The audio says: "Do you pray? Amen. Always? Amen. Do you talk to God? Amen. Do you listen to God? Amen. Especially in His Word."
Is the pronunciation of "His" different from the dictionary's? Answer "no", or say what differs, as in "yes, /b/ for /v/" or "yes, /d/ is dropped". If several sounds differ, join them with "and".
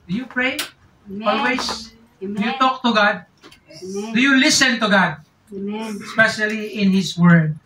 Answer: yes, /s/ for /z/